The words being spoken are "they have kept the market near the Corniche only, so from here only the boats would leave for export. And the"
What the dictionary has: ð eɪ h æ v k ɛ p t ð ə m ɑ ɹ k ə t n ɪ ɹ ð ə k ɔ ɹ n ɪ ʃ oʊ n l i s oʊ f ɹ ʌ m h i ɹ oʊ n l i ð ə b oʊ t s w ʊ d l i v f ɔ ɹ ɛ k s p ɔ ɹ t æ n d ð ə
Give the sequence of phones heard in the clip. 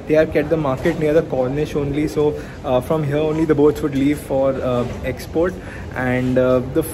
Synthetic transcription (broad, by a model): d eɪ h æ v k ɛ t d ə m ɑ ɹ k ə t n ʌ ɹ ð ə k ɔ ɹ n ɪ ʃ oʊ n l i s oʊ f ɹ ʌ m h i ɹ oʊ n l i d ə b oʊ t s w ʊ d l i v f ɔ ɹ ɛ k s p ɔ ɹ t æ n d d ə